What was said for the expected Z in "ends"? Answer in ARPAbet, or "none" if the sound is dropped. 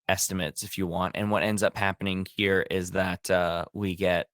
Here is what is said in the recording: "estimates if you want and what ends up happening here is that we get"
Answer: Z